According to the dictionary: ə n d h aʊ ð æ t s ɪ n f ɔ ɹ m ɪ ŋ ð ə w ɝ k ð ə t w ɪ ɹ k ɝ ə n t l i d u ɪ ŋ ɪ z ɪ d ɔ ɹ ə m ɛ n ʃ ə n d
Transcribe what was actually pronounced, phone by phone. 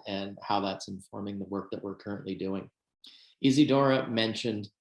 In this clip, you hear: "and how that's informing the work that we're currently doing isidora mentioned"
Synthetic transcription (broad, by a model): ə n h aʊ ð æ t s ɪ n f ɔ ɹ m ɪ ŋ ð ə w ɝ k ð ə t w ɪ ɹ k ɝ ə n t l i d u ɪ ŋ ɪ z ɪ d ɔ ɹ ə m ɛ n ʃ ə n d